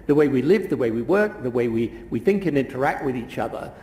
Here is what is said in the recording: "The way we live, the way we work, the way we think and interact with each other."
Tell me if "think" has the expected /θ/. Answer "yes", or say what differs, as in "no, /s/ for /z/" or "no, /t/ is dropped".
yes